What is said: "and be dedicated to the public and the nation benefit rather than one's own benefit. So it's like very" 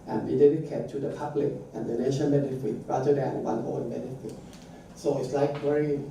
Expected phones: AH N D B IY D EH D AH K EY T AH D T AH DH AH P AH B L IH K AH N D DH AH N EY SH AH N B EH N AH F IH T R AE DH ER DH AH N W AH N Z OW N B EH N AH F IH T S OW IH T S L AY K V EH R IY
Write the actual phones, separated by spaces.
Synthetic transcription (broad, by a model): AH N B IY D EH D AH K EY T AH D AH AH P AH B L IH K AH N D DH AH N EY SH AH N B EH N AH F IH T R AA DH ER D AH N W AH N OW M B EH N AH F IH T S OW IH T S L AY K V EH R IY